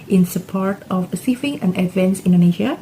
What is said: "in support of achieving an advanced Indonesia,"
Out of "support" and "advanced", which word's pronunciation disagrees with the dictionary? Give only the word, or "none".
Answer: advanced